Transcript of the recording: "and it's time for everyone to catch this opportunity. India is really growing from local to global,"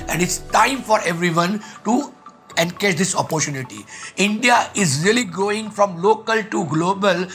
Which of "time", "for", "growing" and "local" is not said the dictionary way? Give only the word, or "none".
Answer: growing